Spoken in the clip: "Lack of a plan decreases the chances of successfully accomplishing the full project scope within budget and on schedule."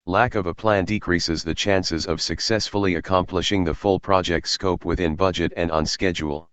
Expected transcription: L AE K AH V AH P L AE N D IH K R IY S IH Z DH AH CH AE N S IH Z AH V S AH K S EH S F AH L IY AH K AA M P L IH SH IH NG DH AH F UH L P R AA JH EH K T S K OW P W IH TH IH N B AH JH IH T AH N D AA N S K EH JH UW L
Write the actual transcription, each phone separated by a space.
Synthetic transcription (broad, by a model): L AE K AH V AH P L AE N D IH K R IY S IH Z DH AH CH AE N S IH Z AH V S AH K S EH S F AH L IY AH K AA M P L IH SH IH NG DH AH F UH L P R AA JH EH K T S K OW P W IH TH IH N B AH JH IH T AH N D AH N S K EH JH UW L